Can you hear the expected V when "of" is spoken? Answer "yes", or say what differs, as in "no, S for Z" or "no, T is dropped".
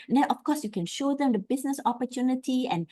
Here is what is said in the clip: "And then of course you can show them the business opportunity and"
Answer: no, F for V